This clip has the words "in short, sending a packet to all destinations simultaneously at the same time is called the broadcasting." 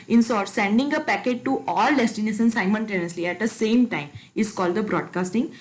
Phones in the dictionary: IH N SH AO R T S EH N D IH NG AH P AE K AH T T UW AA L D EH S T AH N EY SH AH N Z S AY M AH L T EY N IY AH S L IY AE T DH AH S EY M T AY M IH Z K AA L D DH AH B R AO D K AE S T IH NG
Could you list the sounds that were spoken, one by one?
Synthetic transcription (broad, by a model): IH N S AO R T S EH N D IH NG AH P AE K AH T T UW AA L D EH S T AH N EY S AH N S AY M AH N T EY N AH S L IY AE T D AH S EY M T AY M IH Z K AA L D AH B R AO D K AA S T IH NG